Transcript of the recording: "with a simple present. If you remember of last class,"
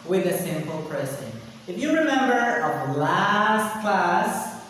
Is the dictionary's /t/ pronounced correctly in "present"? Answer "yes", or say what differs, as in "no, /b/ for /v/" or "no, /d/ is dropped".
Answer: no, /t/ is dropped